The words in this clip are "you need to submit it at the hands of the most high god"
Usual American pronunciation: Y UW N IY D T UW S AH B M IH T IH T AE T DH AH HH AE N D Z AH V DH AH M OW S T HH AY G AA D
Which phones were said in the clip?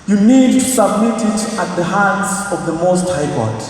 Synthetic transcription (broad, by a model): Y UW N IY D T UW S AH B M IH T IH T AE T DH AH HH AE N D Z AH V DH AH M OW S T HH AY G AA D